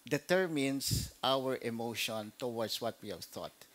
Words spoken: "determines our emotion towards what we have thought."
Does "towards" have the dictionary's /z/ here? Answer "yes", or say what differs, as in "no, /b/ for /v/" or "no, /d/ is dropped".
no, /s/ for /z/